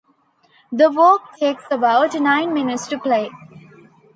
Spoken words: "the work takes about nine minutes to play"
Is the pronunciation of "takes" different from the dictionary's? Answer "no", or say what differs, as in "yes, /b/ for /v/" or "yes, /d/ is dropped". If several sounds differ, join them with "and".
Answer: no